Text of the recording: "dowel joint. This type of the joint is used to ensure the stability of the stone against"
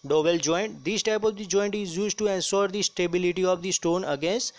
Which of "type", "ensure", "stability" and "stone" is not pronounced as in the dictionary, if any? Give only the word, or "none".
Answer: ensure